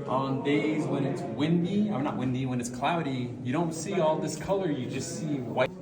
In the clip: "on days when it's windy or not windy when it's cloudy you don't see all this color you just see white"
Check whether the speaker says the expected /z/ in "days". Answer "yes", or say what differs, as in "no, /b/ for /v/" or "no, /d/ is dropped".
yes